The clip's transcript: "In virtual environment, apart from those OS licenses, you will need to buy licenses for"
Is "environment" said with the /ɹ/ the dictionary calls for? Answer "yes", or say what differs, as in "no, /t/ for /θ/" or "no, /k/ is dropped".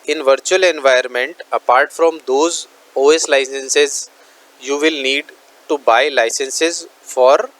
no, /ɹ/ is dropped